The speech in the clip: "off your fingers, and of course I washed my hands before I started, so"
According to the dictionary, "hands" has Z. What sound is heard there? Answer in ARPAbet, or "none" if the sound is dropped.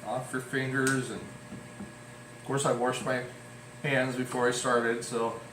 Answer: Z